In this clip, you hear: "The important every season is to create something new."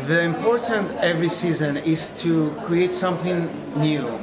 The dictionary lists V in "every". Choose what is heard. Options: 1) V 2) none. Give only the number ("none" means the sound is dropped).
1